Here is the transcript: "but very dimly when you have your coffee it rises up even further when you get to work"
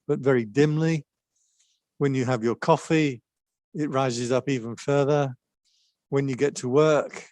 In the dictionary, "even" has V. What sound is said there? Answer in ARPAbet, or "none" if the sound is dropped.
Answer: V